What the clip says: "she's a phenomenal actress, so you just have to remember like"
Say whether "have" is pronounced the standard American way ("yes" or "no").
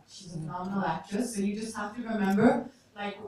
no